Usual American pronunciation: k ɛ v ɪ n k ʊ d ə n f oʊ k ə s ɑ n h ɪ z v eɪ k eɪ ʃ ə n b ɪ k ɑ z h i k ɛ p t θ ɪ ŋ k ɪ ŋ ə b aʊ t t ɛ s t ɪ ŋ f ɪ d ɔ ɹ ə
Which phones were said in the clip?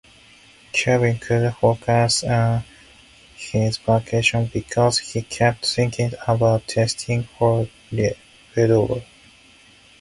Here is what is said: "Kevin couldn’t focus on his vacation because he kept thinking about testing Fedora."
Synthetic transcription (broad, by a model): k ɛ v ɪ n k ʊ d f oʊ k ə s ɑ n h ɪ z p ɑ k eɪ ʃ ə n b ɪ k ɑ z h i k ɛ p t θ ɪ ŋ k ɪ ŋ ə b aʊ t t ɛ s t ɪ ŋ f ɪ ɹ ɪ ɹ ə